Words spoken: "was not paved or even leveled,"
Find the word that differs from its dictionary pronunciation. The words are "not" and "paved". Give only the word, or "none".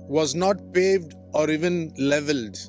none